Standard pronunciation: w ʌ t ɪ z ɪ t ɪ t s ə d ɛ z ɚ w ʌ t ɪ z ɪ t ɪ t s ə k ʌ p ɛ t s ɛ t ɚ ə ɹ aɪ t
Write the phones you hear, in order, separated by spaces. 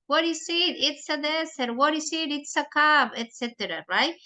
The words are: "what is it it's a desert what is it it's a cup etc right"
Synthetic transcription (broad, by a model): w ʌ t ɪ s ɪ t ɪ t s ə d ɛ s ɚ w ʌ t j s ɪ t ɪ t s ə k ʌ b ɛ t s ɛ t ɚ ə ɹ aɪ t